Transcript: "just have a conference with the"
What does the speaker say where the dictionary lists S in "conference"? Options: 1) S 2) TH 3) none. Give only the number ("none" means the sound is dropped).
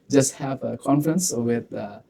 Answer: 1